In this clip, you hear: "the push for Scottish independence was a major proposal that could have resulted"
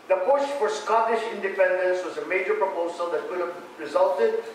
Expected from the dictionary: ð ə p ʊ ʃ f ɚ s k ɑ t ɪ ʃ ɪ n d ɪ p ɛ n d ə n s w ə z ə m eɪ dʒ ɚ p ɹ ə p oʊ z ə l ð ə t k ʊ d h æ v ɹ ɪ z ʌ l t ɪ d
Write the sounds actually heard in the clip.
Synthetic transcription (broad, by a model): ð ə p ʊ ʃ f ɚ s k ɑ t ɪ ʃ ɪ n d ɪ p ɛ n d ə n s w ə z ə m eɪ dʒ ɚ p ɹ ə p oʊ z ə l ð ə t k ʊ d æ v ɹ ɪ z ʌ l t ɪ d